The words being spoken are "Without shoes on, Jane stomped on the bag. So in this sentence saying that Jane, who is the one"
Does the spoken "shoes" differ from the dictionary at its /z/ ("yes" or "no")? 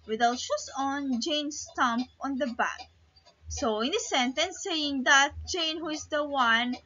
yes